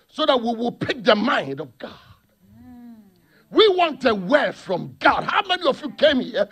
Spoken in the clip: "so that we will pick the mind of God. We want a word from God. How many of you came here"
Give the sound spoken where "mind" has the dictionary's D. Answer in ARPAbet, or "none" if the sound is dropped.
D